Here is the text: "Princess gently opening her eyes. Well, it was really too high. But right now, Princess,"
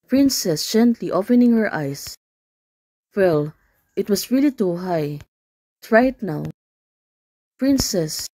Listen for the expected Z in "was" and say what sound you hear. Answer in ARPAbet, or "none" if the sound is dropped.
S